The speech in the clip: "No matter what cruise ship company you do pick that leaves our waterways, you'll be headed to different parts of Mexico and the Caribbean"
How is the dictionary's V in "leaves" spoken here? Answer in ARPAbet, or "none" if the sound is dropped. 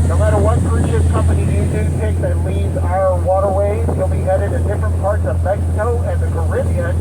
none